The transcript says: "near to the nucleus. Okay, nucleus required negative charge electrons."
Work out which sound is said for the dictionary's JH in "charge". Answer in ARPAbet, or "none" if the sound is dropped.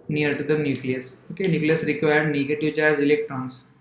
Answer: Z